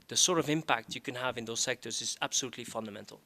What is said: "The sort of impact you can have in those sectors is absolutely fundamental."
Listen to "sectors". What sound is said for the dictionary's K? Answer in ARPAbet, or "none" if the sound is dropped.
K